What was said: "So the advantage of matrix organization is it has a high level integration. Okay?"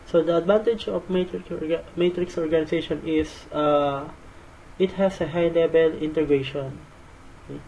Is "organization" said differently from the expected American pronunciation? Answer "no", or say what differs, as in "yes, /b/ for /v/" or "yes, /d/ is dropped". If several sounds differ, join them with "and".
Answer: yes, /s/ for /z/